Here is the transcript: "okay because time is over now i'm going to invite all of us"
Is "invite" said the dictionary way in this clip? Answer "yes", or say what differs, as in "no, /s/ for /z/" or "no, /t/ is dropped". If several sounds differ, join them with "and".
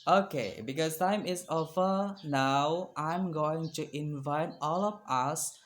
yes